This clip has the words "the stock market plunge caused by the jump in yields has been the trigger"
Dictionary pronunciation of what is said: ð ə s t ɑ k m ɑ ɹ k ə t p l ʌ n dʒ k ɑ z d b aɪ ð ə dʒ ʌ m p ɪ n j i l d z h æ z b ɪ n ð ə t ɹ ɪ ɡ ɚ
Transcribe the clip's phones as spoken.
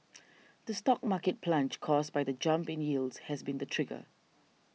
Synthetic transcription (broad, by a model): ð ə s t ɑ k m ɑ k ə t p l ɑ n tʃ k ɑ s b aɪ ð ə dʒ ʌ m p ɪ n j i l d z h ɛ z b ɪ n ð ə t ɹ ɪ ɡ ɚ